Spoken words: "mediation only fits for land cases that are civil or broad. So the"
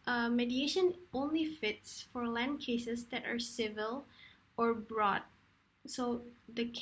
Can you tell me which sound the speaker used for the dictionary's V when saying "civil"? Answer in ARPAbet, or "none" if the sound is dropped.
V